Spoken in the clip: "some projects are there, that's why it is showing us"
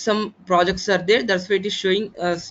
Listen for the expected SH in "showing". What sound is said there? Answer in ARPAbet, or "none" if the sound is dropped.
SH